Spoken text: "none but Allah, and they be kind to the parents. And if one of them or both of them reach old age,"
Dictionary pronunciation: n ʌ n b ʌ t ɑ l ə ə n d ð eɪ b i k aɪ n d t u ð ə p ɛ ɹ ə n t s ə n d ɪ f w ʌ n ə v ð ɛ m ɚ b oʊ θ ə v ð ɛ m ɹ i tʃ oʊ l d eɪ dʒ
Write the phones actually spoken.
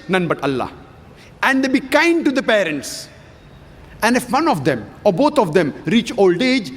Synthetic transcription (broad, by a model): n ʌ n b ʌ t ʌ l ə ə n d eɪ b i k aɪ n d t u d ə p ɛ ɹ ə n t s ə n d ɪ f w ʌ n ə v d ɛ m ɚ b oʊ t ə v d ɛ m ɹ i tʃ oʊ l d eɪ dʒ